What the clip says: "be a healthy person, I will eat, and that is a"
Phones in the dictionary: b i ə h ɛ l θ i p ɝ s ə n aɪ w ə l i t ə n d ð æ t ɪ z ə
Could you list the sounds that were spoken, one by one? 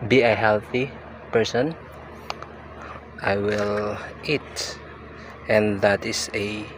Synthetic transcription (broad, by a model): b i ə h ɛ l θ i p ɝ s ə n aɪ w ə l i t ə n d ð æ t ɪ s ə